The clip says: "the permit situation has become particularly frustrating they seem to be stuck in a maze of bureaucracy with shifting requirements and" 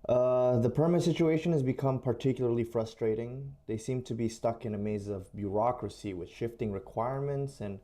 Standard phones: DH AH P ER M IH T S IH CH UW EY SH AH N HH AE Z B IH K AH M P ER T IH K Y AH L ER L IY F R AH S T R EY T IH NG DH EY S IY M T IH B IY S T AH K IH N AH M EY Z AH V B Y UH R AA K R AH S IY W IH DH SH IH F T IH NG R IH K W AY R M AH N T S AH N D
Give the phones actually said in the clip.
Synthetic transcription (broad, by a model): DH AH P ER M IH T S IH CH UW EY SH AH N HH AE Z B IH K AH M P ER T IH K Y L ER L IY F R AH S T R EY T IH NG DH EY S IY M T IH B IY S T AH K IH N AH M EY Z AH V B Y UH R AA K R AH S IY W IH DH SH IH F T IH NG R IH K W AY R M AH N T S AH N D